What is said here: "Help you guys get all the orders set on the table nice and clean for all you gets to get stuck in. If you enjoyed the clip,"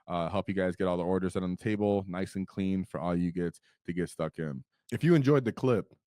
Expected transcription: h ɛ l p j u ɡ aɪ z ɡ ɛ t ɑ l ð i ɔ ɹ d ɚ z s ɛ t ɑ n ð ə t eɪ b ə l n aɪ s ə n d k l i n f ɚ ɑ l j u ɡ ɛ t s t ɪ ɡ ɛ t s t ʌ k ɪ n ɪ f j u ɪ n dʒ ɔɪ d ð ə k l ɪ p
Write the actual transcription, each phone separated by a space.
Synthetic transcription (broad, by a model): h ɛ l p j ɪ ɡ aɪ z ɡ ɛ t ɑ l ð i ɔ ɹ d ɚ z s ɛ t n ð ə t eɪ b l n aɪ s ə n k l i n f ɚ ɑ l j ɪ ɡ ɛ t t ɪ ɡ ɛ t s t ʌ k ɪ n ɪ f j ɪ ɪ n dʒ ɔɪ d ð ə k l ɪ p